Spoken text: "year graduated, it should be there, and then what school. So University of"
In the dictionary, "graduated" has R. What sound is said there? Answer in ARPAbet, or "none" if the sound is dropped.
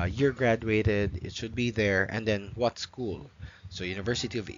R